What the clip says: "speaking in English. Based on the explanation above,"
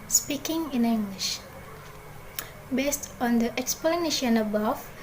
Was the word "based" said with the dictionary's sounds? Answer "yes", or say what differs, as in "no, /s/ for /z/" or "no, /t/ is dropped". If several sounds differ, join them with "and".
yes